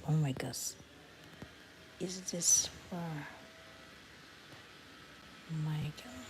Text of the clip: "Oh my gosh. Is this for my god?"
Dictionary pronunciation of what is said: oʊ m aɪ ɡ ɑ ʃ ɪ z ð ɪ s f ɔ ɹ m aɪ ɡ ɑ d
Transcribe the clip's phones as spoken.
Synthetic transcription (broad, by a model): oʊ m aɪ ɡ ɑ s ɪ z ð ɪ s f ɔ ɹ m aɪ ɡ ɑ